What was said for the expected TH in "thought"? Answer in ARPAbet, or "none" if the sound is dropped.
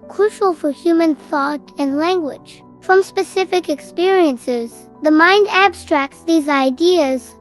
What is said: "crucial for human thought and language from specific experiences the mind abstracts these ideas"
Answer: TH